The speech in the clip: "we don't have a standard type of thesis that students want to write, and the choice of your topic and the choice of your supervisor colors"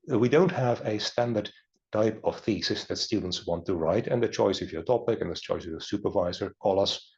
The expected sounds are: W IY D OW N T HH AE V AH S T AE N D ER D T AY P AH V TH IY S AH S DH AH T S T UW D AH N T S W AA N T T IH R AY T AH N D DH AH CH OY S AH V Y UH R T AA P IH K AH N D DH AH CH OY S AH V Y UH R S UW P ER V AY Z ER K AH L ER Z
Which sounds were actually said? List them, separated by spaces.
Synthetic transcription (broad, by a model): W IY D OW N T HH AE V AH S T AE N D ER D T AY P AH V TH IY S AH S DH AH T S T UW D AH N T S W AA N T T IH R AY T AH N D DH AH CH OY S AH V Y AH R T AA P IH K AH N DH AH CH OY S AH V Y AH R S UW P ER V AY Z ER K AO L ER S